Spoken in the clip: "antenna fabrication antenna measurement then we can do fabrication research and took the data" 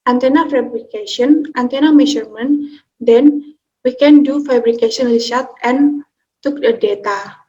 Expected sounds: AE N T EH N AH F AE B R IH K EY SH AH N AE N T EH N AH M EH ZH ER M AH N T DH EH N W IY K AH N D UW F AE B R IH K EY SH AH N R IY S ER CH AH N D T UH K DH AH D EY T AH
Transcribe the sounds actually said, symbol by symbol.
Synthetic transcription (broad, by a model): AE N T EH N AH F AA B R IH K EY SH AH N AE N T EH N AH M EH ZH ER M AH N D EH N W IY K AH N D UW F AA B R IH K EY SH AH N L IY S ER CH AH N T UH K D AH D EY T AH